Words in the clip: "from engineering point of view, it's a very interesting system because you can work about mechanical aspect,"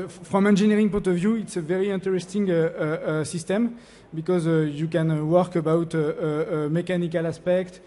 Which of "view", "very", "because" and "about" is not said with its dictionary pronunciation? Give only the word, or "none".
none